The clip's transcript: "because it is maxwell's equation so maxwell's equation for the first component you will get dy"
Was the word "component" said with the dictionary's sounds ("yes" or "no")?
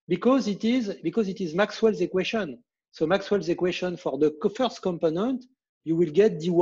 yes